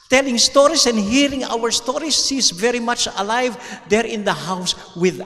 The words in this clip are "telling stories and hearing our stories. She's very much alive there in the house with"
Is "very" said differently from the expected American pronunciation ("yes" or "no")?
no